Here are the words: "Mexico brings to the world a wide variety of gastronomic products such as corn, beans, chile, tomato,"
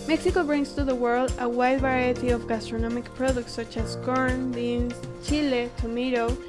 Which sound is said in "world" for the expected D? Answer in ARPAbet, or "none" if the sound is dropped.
D